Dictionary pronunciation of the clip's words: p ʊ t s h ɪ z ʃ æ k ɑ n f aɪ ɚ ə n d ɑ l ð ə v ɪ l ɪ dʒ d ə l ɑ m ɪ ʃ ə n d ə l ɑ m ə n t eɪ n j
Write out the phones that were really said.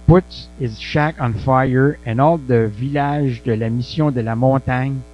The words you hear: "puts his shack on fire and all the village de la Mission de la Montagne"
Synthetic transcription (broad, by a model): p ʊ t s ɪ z ʃ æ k ɑ n f aɪ ɚ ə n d ɑ l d ə v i l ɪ ʒ d ə l ɑ m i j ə d ə l ɑ m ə t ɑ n